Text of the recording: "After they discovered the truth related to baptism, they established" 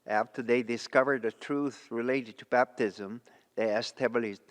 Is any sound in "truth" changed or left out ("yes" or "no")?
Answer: no